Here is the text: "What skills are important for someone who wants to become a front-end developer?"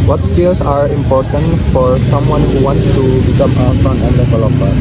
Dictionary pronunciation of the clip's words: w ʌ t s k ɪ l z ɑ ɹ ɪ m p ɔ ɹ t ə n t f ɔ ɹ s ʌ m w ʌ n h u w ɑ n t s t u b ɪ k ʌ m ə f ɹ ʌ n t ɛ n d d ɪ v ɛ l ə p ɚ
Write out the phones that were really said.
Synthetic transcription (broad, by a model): w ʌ t s k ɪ l s ɑ ɹ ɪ m p ɔ ɹ t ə n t f ɔ ɹ s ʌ m w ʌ n h u w ɑ n t s t u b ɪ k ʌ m ə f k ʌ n ɛ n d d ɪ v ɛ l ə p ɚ